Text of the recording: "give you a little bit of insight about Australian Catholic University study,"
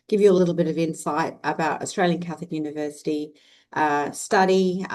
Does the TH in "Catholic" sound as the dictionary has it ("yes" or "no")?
yes